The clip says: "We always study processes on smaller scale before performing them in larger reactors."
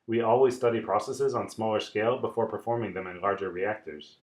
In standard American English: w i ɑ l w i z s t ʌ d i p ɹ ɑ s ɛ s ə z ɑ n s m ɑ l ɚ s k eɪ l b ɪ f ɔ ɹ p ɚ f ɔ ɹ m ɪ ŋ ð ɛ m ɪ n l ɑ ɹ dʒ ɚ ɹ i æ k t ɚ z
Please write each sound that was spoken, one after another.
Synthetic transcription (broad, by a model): w i ɑ l w i z s t ʌ d i p ɹ ɑ s ɛ s ə z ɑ n s m ɑ l ɚ s k eɪ l b ɪ f ɔ ɹ p ɚ f ɔ ɹ m ɪ ŋ ð ɛ m ɪ n l ɑ ɹ dʒ ɚ ɹ i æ k t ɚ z